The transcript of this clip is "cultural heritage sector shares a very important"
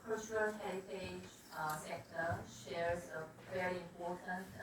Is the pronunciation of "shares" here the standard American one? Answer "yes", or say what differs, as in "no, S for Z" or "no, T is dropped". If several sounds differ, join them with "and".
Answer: yes